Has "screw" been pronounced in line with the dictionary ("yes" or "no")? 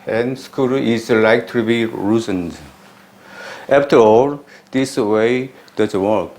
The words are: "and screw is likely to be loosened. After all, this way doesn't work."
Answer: no